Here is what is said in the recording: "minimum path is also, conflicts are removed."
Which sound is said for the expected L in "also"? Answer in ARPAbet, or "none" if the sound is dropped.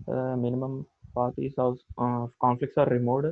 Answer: none